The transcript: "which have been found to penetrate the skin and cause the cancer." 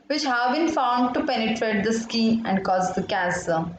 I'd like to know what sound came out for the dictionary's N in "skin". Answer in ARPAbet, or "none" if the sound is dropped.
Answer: none